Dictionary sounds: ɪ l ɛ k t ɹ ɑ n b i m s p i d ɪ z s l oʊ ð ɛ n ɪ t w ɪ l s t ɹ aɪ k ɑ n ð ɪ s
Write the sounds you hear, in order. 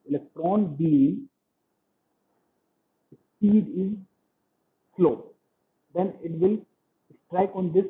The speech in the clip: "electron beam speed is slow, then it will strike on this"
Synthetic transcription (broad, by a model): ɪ l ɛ k t ɹ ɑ n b i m s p i d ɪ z s l oʊ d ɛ n ɪ t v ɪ l s t ɹ aɪ k ɑ n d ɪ s